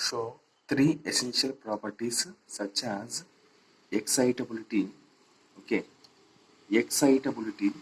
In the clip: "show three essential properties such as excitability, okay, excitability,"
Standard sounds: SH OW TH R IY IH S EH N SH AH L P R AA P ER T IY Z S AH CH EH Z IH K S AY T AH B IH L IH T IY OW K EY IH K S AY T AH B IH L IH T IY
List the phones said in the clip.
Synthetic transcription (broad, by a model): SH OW T R IY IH S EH N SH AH L P R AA P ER T IY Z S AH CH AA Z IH K S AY T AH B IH L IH T IY OW K EY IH K S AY T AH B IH L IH T IY